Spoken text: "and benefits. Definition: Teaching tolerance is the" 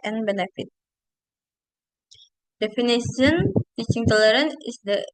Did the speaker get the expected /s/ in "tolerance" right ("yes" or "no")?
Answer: no